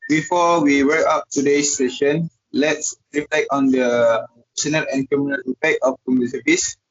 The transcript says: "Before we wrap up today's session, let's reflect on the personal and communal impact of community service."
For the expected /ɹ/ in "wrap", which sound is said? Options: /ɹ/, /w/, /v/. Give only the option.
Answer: /w/